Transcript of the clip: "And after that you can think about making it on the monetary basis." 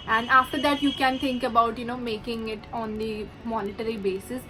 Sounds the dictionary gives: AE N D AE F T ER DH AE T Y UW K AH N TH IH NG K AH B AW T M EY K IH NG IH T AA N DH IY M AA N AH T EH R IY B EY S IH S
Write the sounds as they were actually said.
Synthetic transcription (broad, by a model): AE N D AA F T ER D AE T Y UW K AH N T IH NG K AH B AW T M EY K IH NG IH T AA N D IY M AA N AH T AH R IY B EY S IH S